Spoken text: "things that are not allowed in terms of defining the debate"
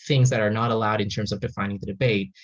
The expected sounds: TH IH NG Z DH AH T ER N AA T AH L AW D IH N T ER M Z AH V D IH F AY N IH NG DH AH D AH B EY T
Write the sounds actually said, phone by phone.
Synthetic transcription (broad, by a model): TH IH NG Z DH AH T ER N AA T AH L AW D IH N T ER M Z AH V D IH F AY N IH NG DH AH D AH B EY T